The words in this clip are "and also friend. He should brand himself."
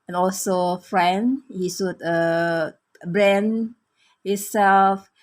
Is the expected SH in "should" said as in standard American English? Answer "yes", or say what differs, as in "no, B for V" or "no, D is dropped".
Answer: no, S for SH